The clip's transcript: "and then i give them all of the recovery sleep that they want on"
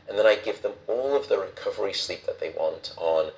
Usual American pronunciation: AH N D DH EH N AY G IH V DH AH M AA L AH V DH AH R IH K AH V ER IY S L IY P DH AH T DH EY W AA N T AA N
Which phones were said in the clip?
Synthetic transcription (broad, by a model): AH N DH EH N AY G IH V DH AH M AA L AH V DH AH R IH K AH V ER IY S L IY P DH AH T DH EY W AA N T N